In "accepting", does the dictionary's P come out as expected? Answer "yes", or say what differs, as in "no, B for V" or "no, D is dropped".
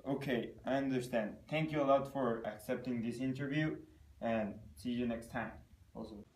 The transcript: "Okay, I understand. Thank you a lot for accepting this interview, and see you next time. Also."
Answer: yes